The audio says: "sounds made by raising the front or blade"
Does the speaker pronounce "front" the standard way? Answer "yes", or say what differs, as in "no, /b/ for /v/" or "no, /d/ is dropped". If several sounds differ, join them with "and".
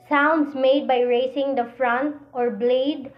yes